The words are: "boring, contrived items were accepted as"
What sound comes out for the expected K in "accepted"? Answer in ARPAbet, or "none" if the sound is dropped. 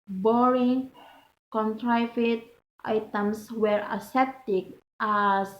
none